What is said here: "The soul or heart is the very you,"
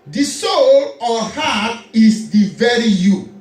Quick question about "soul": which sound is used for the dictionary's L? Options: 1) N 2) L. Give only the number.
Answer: 2